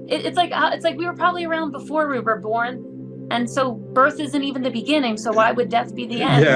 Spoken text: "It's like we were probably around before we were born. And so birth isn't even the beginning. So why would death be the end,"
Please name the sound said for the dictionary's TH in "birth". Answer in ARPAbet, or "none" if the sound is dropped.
TH